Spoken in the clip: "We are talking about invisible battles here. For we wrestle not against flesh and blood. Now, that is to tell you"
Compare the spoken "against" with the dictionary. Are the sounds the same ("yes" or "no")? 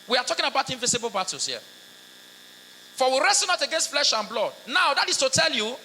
yes